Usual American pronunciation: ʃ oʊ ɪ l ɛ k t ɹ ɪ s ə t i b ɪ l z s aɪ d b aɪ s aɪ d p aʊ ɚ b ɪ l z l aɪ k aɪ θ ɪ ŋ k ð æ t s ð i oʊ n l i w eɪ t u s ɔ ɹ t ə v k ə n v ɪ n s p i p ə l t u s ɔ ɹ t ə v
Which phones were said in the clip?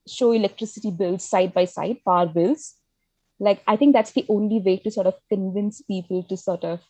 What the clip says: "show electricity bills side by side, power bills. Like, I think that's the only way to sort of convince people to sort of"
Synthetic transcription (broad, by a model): ʃ oʊ ɪ l ɛ k t ɹ ɪ s ə t i b ɪ l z s aɪ d b aɪ s aɪ d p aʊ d b ɪ l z l aɪ k aɪ t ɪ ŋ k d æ t s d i oʊ n l i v eɪ t u s ɔ ɹ t ə v k ə n v ɪ n s p i p ə l t u s ɔ ɹ t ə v